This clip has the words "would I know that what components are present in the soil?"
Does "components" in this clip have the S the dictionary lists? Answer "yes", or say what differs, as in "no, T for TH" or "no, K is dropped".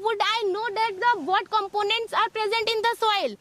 yes